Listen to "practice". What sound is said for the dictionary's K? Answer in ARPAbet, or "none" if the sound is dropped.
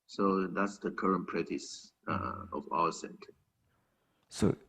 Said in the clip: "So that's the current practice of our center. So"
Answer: none